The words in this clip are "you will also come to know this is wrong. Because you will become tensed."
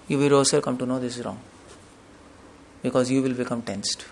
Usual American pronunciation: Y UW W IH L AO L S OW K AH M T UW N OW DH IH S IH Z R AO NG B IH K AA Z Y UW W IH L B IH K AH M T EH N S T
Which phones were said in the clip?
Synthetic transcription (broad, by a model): Y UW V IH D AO S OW K AH M T UW N OW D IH S IH Z R AO NG B IH K AA Z Y UW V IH L B IH K AH M T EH N S T